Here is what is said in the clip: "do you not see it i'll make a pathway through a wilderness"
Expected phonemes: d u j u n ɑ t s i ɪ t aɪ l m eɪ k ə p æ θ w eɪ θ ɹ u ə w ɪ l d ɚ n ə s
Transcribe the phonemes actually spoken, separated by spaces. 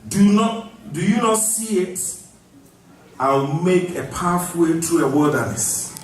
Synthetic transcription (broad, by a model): d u j u n ɑ t s i ɪ t aɪ w m eɪ k ə p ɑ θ w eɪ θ ɹ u ə w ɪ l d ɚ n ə s